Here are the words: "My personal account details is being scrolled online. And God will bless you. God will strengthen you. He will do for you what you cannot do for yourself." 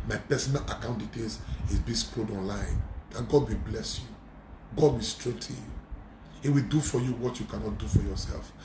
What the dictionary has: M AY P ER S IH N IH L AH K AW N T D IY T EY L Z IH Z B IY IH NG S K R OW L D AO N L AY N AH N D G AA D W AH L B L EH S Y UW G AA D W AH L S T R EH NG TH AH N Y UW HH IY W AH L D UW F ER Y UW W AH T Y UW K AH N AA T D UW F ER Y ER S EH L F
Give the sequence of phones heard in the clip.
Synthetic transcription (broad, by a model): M AY P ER S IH N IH L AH K AW N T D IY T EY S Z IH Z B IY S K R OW D AO N L AY N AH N G AA D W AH B L EH S Y UW G AA D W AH S T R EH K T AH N Y UW HH IY W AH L D UW F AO Y UW W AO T Y UW K AH N AA T D UW F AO Y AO S EH L F